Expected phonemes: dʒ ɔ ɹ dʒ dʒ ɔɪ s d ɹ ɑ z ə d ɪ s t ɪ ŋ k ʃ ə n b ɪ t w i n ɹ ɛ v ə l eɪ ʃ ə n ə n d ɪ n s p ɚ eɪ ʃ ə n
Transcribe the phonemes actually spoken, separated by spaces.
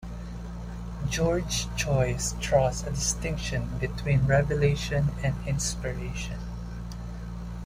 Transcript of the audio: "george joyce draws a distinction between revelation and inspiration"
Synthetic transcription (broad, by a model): dʒ ɔ ɹ dʒ tʃ ɔɪ s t ɹ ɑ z ə d ɪ s t ɪ ŋ k ʃ ə n b ɪ t w i n ɹ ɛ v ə l eɪ ʃ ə n ə n d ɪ n s p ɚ eɪ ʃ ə n